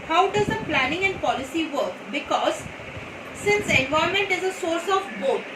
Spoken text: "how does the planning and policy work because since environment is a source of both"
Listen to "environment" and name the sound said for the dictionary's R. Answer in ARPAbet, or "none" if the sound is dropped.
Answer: none